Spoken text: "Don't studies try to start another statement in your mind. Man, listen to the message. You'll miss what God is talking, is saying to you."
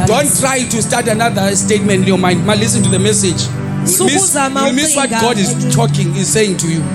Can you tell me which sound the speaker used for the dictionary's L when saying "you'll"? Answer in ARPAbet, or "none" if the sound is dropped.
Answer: W